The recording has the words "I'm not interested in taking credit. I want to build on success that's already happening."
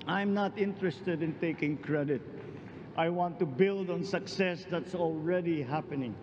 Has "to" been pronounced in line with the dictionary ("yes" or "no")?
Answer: yes